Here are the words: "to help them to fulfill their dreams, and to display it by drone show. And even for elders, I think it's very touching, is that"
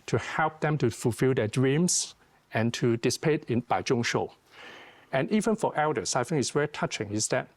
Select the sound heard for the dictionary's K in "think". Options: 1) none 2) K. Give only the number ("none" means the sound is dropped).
1